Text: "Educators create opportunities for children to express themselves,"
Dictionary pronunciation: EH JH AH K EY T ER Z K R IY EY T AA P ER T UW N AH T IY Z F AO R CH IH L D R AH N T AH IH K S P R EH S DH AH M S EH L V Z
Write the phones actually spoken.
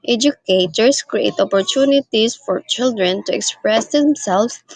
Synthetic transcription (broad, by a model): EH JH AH K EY T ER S K R IY EY T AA P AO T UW N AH T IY S F AO R CH IH L D R AH N T AH IH K S P R EH S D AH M S EH L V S